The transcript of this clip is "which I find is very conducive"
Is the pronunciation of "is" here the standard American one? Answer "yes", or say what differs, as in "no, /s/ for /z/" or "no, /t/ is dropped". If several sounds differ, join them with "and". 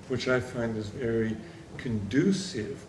yes